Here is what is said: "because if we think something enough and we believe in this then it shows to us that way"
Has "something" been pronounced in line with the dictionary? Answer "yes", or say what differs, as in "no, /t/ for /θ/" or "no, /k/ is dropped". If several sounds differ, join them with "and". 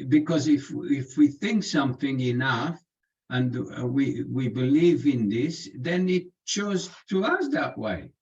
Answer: yes